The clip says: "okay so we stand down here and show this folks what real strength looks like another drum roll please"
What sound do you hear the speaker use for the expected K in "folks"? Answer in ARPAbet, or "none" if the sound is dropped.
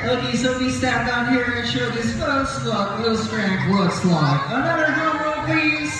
none